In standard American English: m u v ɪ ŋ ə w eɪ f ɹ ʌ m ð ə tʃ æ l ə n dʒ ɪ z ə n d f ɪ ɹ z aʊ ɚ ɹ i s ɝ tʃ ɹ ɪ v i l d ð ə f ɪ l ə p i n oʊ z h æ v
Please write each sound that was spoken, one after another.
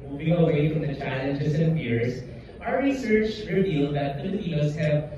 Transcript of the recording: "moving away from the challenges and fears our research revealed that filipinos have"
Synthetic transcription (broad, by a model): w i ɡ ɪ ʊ ə w eɪ f ɹ ʌ m ð ə tʃ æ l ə n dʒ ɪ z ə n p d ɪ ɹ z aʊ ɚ ɹ i s ɝ tʃ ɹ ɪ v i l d ð ə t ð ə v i oʊ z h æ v